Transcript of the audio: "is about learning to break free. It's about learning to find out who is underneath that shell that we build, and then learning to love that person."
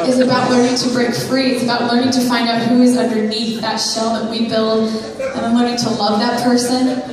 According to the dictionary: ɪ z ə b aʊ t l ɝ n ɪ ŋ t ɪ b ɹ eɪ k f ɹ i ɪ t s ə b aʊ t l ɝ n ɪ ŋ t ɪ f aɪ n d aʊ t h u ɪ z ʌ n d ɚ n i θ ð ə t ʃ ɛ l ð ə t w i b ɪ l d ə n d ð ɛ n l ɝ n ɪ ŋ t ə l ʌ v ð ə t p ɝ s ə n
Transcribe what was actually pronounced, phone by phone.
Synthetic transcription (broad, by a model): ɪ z ə b aʊ t l ɝ n ɪ ŋ t ɪ b ɹ eɪ k f ɹ i ɪ t s ə b aʊ t l ɝ n ɪ ŋ t ɪ f aɪ n d aʊ t h u ɪ z ʌ n d ɚ n i θ ð ə t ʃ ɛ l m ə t w i b ɪ l d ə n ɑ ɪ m l ɝ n ɪ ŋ t ə l ʌ v ð ə t p ɝ s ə n